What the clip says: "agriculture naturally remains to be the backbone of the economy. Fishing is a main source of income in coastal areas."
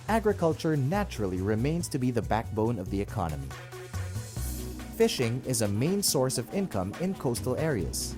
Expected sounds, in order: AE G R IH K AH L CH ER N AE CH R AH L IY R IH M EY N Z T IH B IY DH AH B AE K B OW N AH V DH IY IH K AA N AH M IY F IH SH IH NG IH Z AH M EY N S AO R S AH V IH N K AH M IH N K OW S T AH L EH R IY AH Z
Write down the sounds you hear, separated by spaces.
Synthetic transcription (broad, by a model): AE G R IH K AH L CH ER N AE CH R L IY R IH M EY N Z T IH B IY DH AH B AE K B OW N AH V DH IY IH K AA N AH M IY F IH SH IH NG IH Z AH M EY N S AO R S AH V IH N K AH M IH N K OW S T L EH R IY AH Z